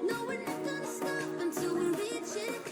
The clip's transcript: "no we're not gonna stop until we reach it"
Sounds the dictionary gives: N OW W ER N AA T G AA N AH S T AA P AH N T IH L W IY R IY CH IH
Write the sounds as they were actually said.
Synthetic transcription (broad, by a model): N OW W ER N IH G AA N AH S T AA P AH N T IH L W IY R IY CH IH